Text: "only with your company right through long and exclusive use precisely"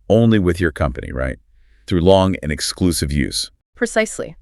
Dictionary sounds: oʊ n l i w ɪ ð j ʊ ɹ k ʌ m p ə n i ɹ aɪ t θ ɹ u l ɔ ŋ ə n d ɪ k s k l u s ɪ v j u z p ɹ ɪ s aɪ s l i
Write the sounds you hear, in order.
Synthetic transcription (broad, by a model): oʊ n l i w ɪ ð j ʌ ɹ k ʌ m p ə n i ɹ aɪ t θ ɹ u l ɔ ŋ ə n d ɪ k s k l u s ɪ v j u z p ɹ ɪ s aɪ s l i